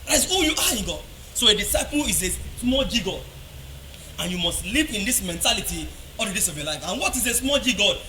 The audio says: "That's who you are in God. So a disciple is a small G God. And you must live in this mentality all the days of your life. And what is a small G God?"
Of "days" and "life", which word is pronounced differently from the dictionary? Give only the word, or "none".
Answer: days